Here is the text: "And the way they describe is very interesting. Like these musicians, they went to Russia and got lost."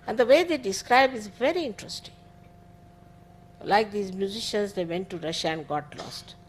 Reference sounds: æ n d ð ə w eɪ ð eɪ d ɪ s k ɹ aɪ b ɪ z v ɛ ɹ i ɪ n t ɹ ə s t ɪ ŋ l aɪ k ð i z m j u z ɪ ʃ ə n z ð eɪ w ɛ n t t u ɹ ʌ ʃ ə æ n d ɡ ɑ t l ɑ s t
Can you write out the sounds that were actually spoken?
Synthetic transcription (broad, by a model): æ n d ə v eɪ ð eɪ d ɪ s k ɹ aɪ b ɪ z v ɛ ɹ i ɪ n t ɹ ə s t ɪ ŋ l aɪ k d i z m j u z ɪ ʃ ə n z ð eɪ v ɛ n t t u ɹ ʌ ʃ ə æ n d ɡ ɑ t l ɑ s t